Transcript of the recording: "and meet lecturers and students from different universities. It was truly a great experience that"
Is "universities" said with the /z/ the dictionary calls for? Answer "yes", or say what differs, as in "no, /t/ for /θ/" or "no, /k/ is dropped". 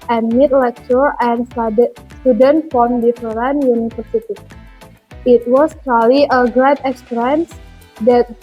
no, /z/ is dropped